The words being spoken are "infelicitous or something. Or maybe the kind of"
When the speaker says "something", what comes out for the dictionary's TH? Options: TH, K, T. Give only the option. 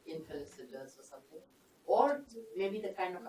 T